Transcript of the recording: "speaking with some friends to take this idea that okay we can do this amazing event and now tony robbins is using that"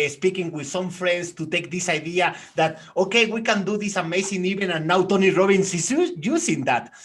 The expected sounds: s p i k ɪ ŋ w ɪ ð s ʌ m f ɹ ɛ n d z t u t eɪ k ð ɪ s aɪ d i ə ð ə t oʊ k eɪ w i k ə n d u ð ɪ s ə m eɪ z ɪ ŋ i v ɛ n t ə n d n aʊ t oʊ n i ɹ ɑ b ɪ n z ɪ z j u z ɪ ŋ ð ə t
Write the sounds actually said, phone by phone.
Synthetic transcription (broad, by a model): s p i k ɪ ŋ w ɪ ð s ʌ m f ɹ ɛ n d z t u t eɪ k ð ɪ s aɪ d i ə ð ə t oʊ k eɪ w i k ə n d u ð ɪ s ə m eɪ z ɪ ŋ i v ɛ n ə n n aʊ t oʊ n i ɹ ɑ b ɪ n s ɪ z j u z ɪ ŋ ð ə t